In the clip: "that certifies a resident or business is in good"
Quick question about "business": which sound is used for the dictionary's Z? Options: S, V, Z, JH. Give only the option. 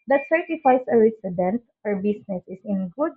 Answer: S